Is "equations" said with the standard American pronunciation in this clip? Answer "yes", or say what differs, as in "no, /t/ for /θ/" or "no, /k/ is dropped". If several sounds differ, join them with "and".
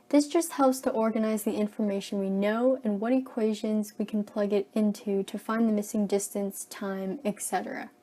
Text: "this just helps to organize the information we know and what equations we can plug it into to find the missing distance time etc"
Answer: yes